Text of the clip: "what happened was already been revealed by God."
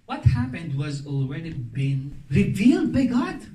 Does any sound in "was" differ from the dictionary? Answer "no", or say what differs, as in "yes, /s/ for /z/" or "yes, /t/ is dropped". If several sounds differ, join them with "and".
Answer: no